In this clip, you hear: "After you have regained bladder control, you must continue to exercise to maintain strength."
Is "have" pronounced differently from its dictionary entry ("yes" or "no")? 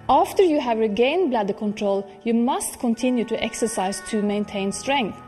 no